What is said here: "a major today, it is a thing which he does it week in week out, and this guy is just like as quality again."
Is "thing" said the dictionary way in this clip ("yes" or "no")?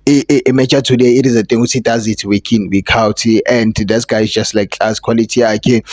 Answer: no